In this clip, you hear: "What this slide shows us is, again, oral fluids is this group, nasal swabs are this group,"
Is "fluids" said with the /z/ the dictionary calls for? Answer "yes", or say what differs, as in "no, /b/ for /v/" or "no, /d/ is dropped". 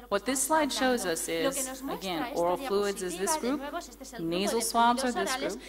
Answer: yes